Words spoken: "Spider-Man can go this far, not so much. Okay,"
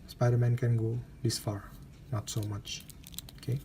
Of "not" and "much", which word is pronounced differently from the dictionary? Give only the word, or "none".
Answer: none